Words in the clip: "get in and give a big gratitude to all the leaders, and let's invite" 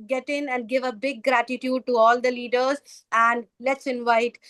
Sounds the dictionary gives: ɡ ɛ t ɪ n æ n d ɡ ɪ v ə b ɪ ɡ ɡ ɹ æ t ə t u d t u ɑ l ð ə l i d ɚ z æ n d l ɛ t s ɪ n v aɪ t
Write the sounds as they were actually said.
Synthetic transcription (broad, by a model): ɡ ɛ t ɪ n æ n d ɡ ɪ v ə b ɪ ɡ ɡ ɹ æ t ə t u d t u ɑ l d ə l i d ɚ z æ n d l ɛ t s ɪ n v aɪ t